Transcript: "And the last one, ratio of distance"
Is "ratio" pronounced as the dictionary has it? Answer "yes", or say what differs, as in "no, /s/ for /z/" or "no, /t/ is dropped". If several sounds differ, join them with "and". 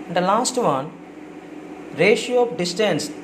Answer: yes